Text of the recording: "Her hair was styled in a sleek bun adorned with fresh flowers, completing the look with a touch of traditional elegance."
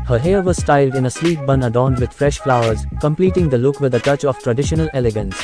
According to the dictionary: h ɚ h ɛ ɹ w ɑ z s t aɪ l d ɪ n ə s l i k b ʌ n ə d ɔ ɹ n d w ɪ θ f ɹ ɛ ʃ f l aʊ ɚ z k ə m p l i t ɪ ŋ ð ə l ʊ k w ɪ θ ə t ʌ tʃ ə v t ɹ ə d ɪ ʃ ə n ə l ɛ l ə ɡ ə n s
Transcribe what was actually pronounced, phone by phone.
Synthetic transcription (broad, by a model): h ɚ h ɛ ɹ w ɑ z s t aɪ l d ɪ n ə s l i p b ʌ n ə d ɔ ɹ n d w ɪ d f ɹ ɛ ʃ f l aʊ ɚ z k ə m p l i t ɪ ŋ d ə l ʊ k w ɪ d ə t ʌ tʃ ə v t ɹ ə d ɪ ʃ ə n ə l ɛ l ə ɡ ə n s